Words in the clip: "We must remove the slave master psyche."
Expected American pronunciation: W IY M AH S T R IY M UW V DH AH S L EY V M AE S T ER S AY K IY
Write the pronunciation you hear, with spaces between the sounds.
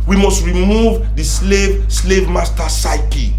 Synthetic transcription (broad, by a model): W IY M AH S T R IY M UW V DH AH S L EY V M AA S T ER S AY K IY